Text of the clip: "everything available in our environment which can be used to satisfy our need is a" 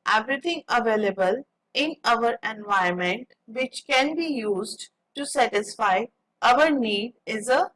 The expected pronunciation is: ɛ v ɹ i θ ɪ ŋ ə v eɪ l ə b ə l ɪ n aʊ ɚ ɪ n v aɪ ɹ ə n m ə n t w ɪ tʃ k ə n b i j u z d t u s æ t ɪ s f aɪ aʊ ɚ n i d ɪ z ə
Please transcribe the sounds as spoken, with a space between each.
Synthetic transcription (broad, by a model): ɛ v ɹ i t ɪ ŋ ə v eɪ l ə b ə l ɪ n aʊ ɚ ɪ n v aɪ ə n m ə n t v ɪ tʃ k ə n b i j u z d t u s æ t ɪ s f aɪ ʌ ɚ n i d ɪ z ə